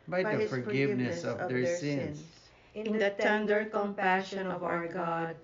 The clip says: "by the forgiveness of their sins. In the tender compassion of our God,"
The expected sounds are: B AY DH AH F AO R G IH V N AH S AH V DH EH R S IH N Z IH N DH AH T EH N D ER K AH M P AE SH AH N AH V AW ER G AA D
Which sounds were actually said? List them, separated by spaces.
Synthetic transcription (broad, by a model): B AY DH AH F AO R G IH V N AH S AH V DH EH R S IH N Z IH N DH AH T EH N D ER K AH M P AE SH AH N AH V AW ER G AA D